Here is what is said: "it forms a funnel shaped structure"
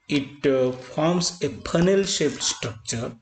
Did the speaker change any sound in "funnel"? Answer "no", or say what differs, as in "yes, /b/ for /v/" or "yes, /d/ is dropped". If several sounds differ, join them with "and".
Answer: yes, /p/ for /f/